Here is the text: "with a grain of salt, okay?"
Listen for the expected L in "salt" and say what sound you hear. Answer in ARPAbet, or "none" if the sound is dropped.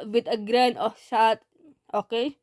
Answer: none